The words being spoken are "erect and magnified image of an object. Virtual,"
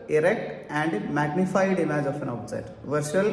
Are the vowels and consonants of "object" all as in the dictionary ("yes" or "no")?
no